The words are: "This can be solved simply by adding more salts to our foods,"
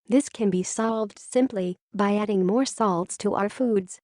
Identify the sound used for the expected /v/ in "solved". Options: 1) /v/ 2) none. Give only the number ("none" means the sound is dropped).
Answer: 1